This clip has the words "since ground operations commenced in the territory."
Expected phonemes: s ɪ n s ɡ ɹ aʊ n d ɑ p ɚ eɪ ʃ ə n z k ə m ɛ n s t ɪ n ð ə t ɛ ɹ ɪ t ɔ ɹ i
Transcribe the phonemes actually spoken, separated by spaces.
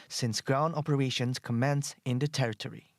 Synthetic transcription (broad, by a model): s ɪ n s ɡ ɹ aʊ n d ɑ p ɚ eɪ ʃ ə n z k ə m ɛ n s ɪ n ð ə t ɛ ɹ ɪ t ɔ ɹ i